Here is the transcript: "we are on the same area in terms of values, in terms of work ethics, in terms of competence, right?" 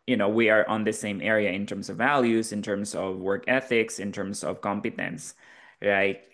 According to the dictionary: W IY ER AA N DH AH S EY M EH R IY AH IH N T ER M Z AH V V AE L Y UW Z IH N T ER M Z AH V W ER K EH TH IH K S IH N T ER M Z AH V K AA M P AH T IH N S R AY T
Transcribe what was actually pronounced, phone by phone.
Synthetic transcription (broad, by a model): W IY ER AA N DH AH S EY M EH R IY AH IH N T ER M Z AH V V AE L Y UW Z IH N T ER M Z AH V W ER K EH TH IH K S IH N T ER M Z AH V K AA M P AH T IH N S R AY T